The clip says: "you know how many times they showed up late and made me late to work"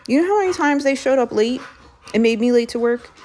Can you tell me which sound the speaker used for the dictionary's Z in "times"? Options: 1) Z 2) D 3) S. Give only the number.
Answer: 1